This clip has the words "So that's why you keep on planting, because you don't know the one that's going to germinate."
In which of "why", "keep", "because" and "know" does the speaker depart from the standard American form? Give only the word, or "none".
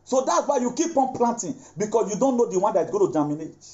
because